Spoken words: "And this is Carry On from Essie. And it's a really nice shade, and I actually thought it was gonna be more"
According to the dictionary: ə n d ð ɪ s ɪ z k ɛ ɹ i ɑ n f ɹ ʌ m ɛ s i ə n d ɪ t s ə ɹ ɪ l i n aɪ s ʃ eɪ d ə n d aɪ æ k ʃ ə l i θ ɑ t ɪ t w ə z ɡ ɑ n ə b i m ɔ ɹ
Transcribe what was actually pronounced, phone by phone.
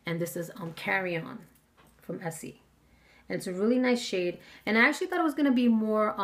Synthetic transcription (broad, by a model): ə n ð ɪ s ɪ z k ɛ ɹ i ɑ n f ɹ ʌ m ɛ s i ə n ɪ t s ə ɹ ɪ l i n aɪ s ʃ eɪ d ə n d aɪ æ k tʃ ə l i θ ɑ t ɪ t w ə z ɡ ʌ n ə b i m ɔ ɹ